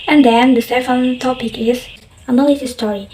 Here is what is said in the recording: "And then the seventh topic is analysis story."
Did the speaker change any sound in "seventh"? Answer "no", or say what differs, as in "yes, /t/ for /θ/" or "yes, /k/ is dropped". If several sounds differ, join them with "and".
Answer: yes, /f/ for /v/